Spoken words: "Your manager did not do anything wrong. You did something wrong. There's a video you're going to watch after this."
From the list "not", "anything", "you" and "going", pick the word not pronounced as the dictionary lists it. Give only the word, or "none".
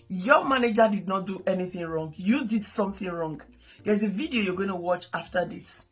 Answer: none